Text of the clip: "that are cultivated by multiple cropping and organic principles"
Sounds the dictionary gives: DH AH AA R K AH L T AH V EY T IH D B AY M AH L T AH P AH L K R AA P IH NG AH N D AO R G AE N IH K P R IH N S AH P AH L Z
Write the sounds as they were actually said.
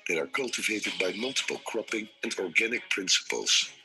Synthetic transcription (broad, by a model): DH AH AA R K AH L T AH V EY T IH D B AY M AH L T AH P AH L K R AA P IH NG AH N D AO R G AE N IH K P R IH N S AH P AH L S